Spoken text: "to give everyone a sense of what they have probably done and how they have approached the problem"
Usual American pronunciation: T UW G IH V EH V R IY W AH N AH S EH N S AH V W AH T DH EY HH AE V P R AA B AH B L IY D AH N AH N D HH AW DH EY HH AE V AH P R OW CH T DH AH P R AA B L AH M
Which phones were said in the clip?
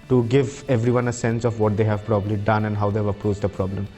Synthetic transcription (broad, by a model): T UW G IH V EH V R IY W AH N AH S EH N S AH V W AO T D EY HH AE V P R AA B AH B L IY D AH N AH N D HH AW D EY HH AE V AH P R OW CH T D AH P R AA B L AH M